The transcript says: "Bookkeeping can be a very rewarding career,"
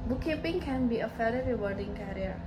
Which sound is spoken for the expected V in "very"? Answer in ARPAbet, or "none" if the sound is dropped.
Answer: F